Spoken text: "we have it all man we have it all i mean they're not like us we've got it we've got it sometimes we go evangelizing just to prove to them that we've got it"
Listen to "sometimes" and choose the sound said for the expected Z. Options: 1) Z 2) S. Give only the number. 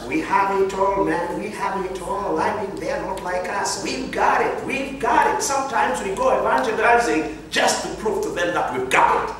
1